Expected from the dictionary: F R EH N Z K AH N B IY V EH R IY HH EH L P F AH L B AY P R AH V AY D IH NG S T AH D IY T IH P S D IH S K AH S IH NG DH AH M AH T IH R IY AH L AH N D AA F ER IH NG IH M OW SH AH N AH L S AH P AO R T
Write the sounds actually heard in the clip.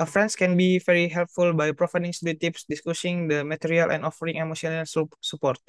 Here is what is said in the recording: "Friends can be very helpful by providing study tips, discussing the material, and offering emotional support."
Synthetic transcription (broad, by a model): F R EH N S K AH N B IY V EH R IY HH EH L P F AH L B AY P R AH F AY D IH NG S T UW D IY T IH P S D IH S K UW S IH NG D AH M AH T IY R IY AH L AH N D AA F ER IH NG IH M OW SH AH N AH L S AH P AO R T